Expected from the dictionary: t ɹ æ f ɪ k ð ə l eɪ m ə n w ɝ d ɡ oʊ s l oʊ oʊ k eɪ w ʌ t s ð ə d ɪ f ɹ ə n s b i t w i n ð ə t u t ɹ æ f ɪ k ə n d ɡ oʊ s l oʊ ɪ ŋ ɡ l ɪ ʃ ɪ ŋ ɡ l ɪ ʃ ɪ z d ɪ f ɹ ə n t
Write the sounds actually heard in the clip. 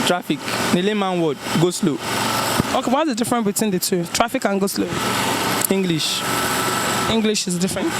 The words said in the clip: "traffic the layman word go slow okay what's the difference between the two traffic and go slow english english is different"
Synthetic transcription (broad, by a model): t ɹ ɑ f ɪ k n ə l eɪ m ə n w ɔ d ɡ oʊ s l oʊ oʊ k eɪ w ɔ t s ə d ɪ f ɹ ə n b i t w i n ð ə t u t ɹ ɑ f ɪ k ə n ɡ oʊ s l oʊ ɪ ŋ ɡ l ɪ ʃ ɪ ŋ ɡ l ɪ ʃ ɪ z d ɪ f ɹ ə n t